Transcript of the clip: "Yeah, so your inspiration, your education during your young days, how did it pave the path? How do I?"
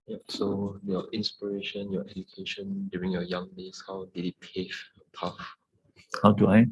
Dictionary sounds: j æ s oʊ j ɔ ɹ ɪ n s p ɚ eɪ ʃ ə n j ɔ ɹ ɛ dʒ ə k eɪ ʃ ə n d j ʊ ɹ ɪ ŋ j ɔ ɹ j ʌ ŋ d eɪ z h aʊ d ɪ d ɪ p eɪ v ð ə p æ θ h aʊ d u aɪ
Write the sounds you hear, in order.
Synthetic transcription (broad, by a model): j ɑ s oʊ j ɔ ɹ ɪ n s p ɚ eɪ ʃ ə n j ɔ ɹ ɛ dʒ ə k eɪ ʃ ə n d j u ɹ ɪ ŋ j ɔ j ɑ ŋ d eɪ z h aʊ d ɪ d ɪ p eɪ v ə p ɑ f h aʊ d u aɪ